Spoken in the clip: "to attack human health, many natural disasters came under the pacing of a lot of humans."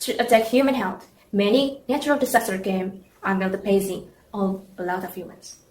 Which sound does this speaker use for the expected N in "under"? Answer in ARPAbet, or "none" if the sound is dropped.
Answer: L